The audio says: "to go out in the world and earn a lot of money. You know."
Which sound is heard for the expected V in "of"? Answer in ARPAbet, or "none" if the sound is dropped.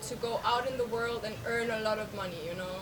V